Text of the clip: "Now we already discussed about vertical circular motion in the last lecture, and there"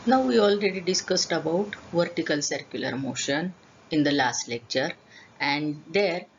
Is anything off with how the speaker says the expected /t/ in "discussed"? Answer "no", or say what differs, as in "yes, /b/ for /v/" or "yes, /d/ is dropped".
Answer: no